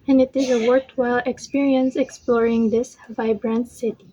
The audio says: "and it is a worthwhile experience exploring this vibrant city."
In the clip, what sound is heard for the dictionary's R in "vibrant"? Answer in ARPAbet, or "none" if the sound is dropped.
R